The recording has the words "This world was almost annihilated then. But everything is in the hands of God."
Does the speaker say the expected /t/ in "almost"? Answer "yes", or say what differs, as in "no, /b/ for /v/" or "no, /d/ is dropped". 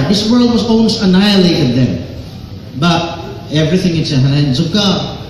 no, /t/ is dropped